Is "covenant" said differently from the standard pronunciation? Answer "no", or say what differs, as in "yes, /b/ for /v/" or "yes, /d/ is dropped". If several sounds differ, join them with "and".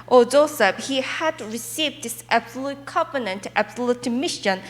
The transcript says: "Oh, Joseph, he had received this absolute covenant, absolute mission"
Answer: yes, /p/ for /v/